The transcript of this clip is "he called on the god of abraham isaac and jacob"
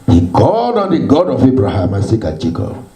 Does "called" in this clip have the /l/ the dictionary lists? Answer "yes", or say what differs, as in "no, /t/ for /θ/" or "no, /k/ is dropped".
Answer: no, /l/ is dropped